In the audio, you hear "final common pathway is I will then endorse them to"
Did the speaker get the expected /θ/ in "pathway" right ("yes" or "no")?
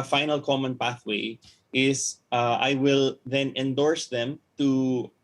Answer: yes